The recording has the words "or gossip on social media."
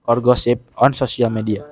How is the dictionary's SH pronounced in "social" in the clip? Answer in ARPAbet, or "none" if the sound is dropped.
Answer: S